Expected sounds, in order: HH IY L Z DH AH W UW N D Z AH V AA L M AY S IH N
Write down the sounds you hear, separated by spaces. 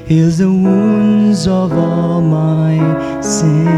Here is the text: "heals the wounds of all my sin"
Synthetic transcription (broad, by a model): HH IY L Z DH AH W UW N Z AH V AA L M AY S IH